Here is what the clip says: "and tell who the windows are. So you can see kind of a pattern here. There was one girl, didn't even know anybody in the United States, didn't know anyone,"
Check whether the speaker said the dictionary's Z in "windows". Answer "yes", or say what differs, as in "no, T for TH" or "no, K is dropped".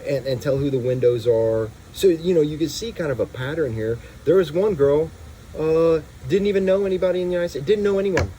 yes